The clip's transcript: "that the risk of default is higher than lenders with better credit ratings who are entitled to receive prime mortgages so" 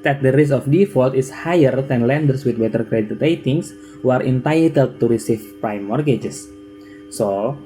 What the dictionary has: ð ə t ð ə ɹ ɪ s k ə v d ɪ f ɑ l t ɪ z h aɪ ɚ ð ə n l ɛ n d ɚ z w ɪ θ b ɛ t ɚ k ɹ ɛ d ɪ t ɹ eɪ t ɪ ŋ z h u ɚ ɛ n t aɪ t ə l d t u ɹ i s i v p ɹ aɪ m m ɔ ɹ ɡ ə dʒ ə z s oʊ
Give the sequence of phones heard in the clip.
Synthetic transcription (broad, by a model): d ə t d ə ɹ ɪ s ə f d ɪ f ɑ l t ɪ s h aɪ ɚ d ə n l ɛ n d ɚ s w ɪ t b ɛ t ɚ k ɹ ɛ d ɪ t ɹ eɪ t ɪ ŋ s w ɚ ɛ n t aɪ t ə l d t u ɹ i s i f p ɹ aɪ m m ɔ ɹ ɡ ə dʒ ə s oʊ